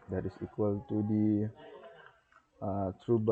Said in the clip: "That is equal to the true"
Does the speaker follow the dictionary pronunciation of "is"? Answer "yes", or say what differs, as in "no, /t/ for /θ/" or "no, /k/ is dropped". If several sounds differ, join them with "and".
no, /s/ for /z/